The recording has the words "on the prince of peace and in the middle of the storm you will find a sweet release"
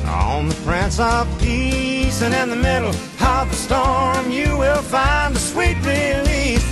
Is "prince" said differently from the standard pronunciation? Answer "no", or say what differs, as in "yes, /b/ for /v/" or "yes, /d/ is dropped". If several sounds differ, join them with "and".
yes, /f/ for /p/